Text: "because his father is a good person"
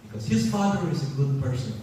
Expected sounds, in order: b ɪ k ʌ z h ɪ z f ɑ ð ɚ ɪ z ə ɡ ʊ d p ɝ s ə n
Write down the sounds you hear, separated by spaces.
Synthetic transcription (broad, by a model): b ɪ k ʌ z h ɪ z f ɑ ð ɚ ɪ z ə ɡ ʊ d p ɝ s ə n